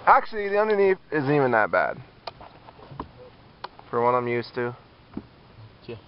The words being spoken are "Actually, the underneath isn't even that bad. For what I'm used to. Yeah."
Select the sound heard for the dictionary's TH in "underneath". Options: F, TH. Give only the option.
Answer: F